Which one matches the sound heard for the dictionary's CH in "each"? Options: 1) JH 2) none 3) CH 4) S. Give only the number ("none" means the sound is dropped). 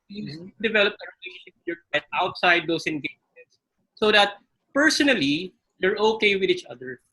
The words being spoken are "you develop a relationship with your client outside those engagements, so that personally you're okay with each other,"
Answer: 3